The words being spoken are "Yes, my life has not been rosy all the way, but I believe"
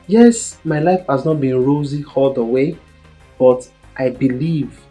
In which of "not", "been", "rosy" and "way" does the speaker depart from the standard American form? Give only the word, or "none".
none